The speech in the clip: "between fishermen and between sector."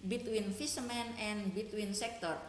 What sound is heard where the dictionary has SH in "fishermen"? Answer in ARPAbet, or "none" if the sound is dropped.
S